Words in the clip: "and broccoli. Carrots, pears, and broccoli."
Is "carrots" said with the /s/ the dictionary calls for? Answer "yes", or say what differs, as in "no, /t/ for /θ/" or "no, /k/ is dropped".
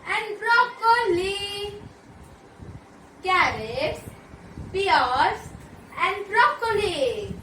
no, /s/ is dropped